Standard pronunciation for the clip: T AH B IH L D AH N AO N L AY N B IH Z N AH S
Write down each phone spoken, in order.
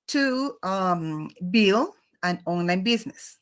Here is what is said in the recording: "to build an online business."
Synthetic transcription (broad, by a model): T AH B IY L AH N AO N L AY N B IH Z N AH S